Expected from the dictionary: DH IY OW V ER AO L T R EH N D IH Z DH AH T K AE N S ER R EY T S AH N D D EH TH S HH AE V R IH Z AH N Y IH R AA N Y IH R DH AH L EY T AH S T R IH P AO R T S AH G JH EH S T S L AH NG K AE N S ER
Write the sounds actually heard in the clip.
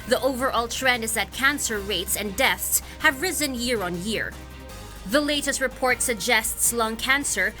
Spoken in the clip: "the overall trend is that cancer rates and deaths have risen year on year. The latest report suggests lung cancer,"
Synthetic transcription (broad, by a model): DH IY OW V ER AO L T R EH N D IH Z DH AH T K AE N S ER R EY T S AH N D D EH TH S HH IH V R IH Z AH N Y IH R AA N Y IH R DH AH L EY T AH S T R IH P AO R T S AH G JH EH S T S L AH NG K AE N S ER